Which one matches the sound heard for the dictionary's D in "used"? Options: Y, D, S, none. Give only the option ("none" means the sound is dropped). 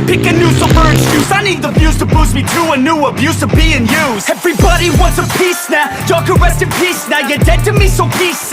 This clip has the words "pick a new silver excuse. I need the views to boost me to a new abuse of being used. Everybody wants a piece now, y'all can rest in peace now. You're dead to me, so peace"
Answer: none